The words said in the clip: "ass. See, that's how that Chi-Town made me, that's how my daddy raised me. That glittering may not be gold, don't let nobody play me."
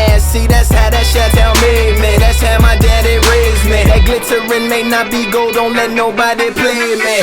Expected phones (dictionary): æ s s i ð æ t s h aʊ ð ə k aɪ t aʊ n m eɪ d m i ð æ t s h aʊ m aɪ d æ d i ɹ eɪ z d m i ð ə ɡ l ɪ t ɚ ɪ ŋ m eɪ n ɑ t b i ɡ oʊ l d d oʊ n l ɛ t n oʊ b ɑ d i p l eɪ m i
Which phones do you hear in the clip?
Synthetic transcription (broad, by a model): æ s s i ð æ t s h aʊ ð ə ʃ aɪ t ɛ l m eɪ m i ð æ t s h aʊ m aɪ d æ d i ɹ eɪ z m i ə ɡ l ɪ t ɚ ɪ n m eɪ n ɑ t b i ɡ oʊ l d d oʊ n l ɛ t n oʊ b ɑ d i p l eɪ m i